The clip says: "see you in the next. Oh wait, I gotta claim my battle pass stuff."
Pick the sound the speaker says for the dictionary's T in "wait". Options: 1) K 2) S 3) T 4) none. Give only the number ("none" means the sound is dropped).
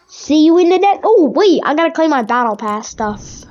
4